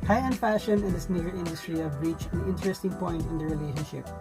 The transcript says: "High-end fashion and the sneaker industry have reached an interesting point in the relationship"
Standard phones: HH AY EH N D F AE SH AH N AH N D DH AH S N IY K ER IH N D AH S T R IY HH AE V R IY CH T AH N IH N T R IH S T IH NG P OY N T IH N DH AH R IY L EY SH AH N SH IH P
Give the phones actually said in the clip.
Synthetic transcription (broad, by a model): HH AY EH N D F AE SH AH N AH N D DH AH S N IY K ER IH N D AH S T R IY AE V R IY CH AH N IH N T R IH S T IH NG P OY N T IH N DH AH R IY L EY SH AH N SH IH P